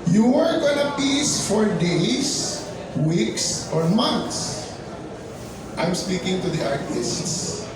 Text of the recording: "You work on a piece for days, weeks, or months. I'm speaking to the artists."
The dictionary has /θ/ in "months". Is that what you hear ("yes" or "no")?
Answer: no